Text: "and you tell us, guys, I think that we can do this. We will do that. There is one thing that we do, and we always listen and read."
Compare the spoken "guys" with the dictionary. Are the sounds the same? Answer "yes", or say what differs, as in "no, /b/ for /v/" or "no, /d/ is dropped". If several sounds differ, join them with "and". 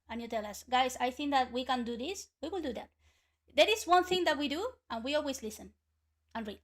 no, /s/ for /z/